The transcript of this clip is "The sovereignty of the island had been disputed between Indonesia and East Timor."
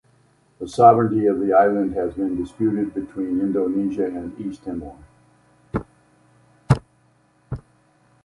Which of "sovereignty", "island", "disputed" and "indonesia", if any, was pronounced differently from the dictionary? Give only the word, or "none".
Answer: none